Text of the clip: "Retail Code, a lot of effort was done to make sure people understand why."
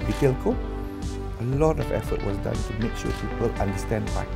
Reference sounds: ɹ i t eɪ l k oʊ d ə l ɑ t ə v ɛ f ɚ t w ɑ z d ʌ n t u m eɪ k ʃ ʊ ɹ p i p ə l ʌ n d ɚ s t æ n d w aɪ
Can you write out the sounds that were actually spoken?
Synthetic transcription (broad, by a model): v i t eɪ l k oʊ ə l ɑ t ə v ɛ f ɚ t w ɑ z d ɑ n t u m eɪ k ʃ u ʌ p i p ə l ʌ n d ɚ s t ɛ n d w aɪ